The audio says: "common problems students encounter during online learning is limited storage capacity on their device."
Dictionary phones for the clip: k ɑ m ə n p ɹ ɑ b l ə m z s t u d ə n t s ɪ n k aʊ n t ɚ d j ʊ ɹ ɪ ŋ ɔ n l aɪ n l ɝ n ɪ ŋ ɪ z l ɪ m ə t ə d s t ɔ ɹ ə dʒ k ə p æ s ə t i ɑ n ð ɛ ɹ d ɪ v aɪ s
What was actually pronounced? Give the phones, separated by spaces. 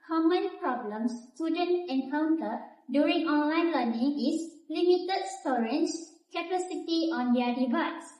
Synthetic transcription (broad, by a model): k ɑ m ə n p ɹ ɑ b l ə m s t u d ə n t ɪ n k aʊ n t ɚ d j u ɹ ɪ ŋ ɔ n l aɪ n l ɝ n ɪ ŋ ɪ s l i m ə t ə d s t ɔ ɹ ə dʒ k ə p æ s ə t i ɑ n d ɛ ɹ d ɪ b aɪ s